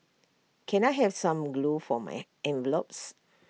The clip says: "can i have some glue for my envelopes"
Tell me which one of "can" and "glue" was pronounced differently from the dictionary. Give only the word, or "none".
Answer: none